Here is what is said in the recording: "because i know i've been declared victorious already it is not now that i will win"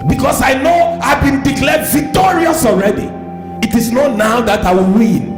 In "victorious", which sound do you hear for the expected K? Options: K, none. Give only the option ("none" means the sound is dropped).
K